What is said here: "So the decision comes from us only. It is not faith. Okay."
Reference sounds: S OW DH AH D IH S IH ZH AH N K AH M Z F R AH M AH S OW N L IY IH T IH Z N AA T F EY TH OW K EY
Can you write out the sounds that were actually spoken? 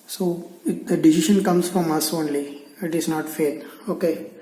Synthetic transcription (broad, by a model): S OW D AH D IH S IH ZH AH N K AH M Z F R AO M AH S OW N L IY IH T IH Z N AA T F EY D OW K EY